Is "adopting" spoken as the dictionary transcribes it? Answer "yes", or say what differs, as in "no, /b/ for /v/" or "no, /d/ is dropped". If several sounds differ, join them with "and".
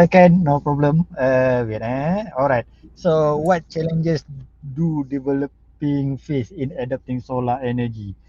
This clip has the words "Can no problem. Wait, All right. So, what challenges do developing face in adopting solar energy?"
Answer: yes